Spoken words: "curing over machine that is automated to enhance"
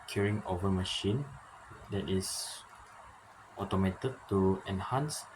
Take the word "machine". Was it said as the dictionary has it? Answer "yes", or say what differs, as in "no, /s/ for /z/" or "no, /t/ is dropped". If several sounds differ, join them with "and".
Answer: yes